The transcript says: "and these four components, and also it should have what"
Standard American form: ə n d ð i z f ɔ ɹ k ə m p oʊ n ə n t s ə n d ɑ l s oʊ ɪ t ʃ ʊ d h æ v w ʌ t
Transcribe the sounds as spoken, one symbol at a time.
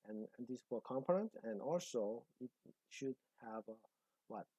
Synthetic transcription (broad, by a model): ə n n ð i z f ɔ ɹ k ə m p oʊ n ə n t ə n ɑ l s oʊ ɪ t ʃ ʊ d h æ v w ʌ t